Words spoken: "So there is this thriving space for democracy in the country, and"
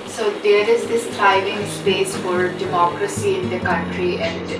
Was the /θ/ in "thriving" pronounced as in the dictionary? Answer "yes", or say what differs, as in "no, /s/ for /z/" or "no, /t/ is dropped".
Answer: no, /t/ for /θ/